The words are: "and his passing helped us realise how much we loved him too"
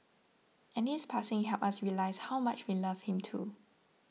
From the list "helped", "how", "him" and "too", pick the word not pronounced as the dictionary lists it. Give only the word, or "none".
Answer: helped